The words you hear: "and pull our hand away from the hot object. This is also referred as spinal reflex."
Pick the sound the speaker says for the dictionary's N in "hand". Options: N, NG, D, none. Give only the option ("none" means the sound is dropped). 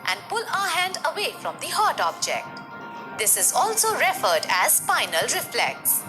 N